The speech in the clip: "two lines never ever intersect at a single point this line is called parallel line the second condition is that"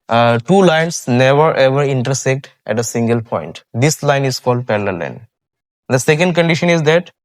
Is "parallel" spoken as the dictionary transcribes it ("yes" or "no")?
no